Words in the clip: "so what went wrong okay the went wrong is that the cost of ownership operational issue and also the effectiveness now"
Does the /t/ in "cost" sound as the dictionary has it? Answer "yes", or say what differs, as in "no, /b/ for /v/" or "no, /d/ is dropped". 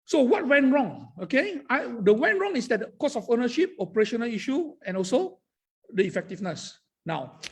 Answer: no, /t/ is dropped